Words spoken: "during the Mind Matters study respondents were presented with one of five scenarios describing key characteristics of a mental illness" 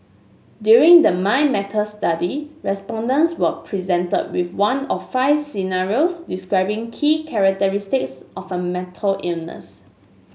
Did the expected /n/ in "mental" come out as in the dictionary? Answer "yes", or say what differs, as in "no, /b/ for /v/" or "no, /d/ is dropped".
no, /n/ is dropped